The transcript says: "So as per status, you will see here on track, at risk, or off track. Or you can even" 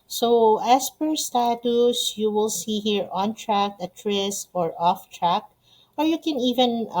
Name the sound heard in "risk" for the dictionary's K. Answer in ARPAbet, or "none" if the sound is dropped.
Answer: none